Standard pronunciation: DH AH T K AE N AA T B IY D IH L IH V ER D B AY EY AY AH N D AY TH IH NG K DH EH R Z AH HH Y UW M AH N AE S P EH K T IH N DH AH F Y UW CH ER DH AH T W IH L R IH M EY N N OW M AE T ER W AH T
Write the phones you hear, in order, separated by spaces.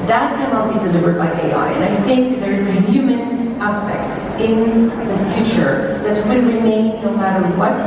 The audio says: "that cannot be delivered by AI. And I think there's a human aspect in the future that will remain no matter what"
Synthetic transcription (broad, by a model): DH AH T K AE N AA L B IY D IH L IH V ER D B AY EY AY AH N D AY TH IH NG K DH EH R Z AH HH Y UW M AH N AE S P EH K T IH N DH AH F Y UW CH ER DH AH T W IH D R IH M EY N N OW M AE T ER W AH T